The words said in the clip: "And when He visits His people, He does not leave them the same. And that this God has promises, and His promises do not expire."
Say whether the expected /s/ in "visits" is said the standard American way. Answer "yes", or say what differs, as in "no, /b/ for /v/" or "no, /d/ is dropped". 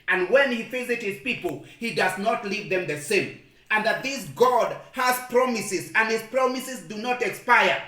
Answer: no, /s/ is dropped